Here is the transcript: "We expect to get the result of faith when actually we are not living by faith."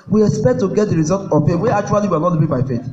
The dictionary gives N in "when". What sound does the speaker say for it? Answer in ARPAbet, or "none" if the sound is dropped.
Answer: none